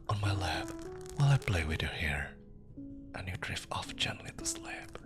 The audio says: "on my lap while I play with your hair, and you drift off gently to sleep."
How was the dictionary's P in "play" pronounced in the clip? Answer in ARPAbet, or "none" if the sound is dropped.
B